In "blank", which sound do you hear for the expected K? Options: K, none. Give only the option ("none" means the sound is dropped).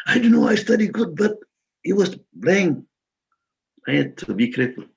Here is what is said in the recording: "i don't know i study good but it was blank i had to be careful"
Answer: none